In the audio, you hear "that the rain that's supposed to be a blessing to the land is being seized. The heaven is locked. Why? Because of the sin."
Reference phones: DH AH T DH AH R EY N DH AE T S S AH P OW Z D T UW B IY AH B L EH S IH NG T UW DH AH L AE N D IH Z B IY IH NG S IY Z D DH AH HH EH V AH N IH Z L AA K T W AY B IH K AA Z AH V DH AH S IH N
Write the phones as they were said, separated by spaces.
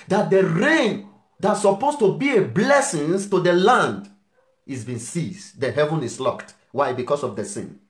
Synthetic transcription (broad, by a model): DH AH T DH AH R EY N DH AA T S S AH P OW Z T UW B IY AH B L EH S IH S T UW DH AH L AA N D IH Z B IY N S IY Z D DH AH HH EH V AH N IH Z L AA K T W AY B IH K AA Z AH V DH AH S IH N